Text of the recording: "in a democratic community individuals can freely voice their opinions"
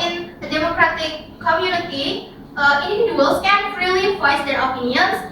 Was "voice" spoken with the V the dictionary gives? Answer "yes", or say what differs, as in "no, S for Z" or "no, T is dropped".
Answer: no, P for V